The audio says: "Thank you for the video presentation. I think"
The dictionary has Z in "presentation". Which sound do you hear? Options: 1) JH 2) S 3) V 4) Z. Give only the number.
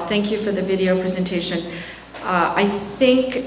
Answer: 4